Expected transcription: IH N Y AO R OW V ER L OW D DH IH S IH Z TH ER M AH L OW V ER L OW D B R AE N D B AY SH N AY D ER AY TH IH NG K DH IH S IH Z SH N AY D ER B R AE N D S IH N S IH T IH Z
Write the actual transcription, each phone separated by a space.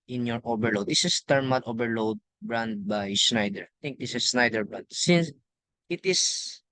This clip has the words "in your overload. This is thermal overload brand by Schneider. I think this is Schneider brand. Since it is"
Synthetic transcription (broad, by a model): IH N Y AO R OW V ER L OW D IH S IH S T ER M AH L OW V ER L OW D B R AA N D B AY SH N AY D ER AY T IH NG K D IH S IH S N AY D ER B R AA N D S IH N S IH T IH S